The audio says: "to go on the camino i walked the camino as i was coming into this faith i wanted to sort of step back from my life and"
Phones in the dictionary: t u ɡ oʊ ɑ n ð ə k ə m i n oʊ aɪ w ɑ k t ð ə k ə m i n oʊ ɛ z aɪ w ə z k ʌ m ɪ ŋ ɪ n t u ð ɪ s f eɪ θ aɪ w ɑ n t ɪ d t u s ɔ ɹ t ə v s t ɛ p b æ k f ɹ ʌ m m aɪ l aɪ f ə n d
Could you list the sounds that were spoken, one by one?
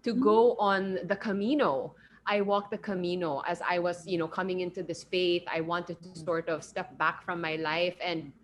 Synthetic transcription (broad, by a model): t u ɡ oʊ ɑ n ð ə k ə m i n oʊ aɪ w ɑ k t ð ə k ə m i n oʊ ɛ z aɪ w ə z k ʌ m ɪ ŋ ɪ n t u ð ɪ s f eɪ θ aɪ w ɑ n t ɪ d t u s ɔ ɹ t ə v s t ɛ p b æ k f ɹ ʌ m m aɪ l aɪ f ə n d